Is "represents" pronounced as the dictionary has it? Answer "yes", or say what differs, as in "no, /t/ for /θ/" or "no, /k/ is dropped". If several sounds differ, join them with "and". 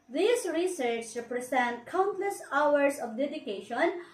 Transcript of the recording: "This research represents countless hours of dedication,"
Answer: no, /s/ is dropped